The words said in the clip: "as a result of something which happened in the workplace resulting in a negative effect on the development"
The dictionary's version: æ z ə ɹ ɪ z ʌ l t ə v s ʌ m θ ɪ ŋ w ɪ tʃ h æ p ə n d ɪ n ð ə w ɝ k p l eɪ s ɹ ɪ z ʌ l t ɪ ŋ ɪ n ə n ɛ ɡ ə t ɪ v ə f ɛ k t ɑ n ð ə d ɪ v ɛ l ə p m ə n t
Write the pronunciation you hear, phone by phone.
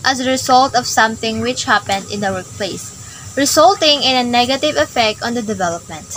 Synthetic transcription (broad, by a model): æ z ə ɹ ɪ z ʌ l t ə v s ʌ m θ ɪ ŋ w ɪ tʃ h æ p ə n d ɪ n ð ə w ɝ k p l eɪ s ɹ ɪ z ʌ l t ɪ ŋ ɪ n ə n ɛ ɡ ə t ɪ v ə f ɛ k t ɑ n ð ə d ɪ v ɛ l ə p m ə n t